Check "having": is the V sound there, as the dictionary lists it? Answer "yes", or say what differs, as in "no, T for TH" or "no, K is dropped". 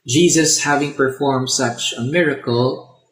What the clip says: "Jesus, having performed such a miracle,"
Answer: yes